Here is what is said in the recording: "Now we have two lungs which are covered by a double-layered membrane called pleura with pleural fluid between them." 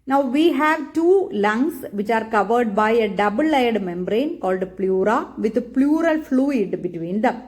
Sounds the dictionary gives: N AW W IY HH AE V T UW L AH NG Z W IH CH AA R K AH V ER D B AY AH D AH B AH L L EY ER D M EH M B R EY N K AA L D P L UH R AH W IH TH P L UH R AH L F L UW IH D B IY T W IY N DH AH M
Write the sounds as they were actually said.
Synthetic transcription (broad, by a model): N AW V IY HH AE V T UW L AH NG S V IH CH AA R K AH V ER D B AY AH D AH B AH L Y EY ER D M EH M B R EY N K AA L D P L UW R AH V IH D P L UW R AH L F L UW IH D B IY T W IY N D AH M